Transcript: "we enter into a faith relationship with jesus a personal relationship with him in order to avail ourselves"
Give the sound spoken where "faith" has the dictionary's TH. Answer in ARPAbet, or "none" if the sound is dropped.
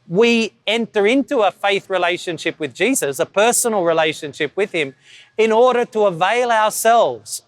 TH